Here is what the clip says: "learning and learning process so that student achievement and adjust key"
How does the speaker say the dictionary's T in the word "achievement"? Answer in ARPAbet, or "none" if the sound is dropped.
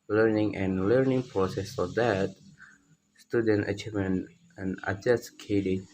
none